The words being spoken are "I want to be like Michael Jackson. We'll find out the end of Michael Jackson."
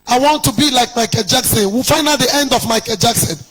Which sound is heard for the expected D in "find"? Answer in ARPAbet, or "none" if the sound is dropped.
none